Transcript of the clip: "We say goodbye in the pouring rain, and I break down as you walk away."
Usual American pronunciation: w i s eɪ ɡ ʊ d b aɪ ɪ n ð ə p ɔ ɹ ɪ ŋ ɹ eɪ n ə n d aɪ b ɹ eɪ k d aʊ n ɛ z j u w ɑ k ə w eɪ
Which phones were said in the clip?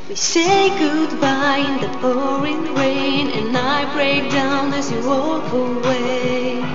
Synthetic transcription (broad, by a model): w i s eɪ ɡ ʊ d b aɪ ɪ n ð ə b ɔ ɹ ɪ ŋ ɹ eɪ n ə n aɪ b ɹ eɪ k d aʊ n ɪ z j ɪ w ɑ k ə w eɪ